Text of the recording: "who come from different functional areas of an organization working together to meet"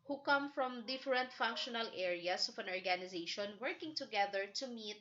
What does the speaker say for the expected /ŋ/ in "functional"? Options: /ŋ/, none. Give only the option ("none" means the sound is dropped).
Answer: /ŋ/